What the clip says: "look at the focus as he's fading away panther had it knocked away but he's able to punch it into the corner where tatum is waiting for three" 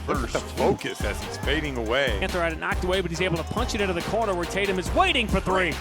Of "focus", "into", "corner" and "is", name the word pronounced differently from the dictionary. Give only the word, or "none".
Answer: none